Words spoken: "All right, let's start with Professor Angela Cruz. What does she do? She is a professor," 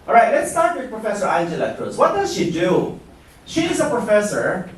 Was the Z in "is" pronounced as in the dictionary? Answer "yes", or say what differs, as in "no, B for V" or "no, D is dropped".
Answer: yes